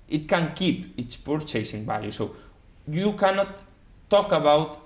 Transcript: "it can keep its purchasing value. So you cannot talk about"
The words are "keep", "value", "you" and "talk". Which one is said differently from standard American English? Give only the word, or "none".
value